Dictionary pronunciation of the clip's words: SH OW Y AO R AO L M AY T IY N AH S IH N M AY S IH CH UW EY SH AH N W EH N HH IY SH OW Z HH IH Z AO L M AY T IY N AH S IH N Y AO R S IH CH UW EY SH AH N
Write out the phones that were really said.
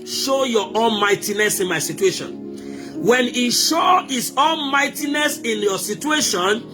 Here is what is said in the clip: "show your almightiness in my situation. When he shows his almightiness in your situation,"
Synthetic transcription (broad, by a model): SH OW Y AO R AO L M AY T IY N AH S IH N M AY S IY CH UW EY SH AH N W EH N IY SH OW HH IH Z AO L M AY T IY N AH S IH N Y AO S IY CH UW EY SH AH N